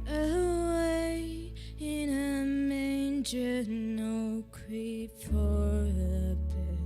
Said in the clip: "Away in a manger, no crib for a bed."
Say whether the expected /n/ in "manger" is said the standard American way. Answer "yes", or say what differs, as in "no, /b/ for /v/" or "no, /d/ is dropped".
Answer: yes